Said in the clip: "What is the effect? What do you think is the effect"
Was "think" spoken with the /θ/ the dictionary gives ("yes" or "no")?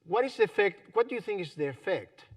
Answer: yes